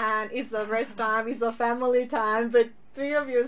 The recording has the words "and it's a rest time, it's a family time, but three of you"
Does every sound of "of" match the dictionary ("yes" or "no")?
yes